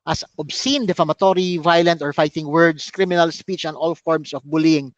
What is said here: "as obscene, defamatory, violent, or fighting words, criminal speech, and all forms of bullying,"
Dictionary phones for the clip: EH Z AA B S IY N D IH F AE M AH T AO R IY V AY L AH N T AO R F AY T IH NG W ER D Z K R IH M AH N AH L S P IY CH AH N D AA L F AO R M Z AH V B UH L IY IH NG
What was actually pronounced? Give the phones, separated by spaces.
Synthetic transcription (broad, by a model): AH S AA B S IY N D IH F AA M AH T AO R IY V AY L AH N T AO R F AY T IH NG W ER D S K R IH M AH N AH L S P IY CH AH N AA L F AO R M S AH F B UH L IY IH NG